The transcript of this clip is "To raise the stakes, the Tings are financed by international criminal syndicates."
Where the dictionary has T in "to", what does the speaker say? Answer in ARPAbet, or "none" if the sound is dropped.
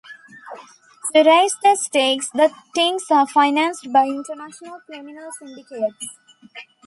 S